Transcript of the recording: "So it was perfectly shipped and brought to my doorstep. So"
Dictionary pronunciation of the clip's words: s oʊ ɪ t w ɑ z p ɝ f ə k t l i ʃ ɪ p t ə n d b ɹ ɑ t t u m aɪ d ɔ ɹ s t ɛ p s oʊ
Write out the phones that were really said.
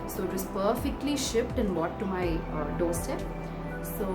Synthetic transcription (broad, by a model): s oʊ ɪ t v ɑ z p ɝ f ə k t l i ʃ ɪ p t ə n d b ɑ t t u m aɪ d ɔ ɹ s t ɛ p s oʊ